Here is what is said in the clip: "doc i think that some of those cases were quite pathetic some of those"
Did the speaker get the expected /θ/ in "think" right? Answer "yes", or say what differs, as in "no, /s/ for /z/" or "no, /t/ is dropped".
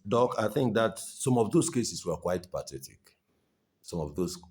yes